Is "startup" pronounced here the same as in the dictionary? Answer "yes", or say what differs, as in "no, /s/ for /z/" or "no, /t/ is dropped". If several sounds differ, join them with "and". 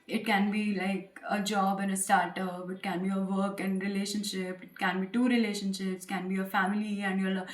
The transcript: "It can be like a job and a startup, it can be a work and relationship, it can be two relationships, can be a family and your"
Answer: yes